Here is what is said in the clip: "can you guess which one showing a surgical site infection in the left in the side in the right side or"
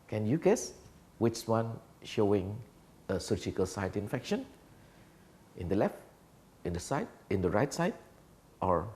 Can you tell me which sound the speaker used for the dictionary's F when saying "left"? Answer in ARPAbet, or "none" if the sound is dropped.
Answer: F